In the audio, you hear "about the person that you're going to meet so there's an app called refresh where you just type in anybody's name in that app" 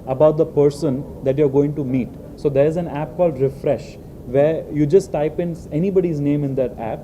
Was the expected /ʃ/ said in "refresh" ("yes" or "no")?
yes